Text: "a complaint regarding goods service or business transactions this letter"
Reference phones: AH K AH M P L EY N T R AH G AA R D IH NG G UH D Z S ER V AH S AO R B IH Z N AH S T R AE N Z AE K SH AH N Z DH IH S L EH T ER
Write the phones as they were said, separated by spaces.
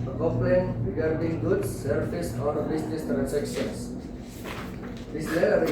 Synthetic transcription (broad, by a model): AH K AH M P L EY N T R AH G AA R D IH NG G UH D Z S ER F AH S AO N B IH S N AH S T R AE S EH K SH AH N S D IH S L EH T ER